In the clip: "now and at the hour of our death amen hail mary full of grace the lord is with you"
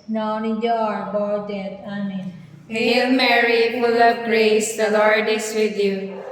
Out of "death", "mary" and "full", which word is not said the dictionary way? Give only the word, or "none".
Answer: death